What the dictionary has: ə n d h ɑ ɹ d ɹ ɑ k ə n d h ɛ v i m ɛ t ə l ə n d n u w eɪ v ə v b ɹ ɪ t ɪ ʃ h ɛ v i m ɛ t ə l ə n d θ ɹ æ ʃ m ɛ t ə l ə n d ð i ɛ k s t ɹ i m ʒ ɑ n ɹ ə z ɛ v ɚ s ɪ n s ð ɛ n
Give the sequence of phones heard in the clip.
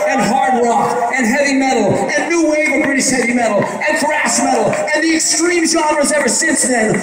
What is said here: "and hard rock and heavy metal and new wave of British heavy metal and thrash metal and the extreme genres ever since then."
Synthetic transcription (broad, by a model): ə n h ɑ ɹ d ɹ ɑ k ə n h ɛ v i m ɛ t l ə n n u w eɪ ə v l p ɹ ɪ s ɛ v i m ɛ t l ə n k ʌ ɹ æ s m ɛ t l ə n ð i ɛ k s t ɹ i m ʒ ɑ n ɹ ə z ɛ v ɚ s ɪ n s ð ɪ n